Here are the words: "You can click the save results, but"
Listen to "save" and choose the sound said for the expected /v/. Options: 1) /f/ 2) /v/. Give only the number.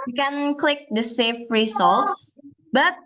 1